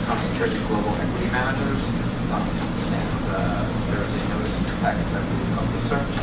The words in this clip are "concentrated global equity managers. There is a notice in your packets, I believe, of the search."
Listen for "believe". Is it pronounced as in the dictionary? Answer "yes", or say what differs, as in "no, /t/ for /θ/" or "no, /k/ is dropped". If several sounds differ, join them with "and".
no, /v/ is dropped